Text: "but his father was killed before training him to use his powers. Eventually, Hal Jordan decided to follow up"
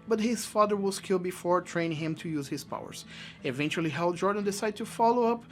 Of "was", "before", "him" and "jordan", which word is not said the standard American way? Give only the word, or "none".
was